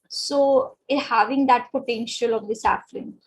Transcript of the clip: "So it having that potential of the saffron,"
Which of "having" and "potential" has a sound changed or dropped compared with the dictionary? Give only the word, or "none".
none